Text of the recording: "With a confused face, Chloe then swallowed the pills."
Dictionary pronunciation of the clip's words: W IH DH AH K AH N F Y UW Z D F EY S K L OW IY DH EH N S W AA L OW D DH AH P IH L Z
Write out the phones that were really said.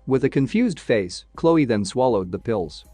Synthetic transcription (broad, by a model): W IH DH AH K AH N F Y UW Z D F EY S K L OW IY DH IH N S W AA L OW D DH AH P IH L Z